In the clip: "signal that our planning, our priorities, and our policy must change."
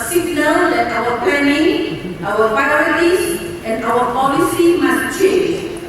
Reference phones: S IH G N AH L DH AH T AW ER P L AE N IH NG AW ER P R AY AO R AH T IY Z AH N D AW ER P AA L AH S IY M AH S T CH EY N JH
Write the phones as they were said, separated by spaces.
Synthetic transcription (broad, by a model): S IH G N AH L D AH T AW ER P EH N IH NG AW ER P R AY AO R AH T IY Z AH N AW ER P AA L AH S IY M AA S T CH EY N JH